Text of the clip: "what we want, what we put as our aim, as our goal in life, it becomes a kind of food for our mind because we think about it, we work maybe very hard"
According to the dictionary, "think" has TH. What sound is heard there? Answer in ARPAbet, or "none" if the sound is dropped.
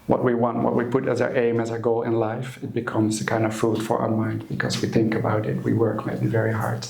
TH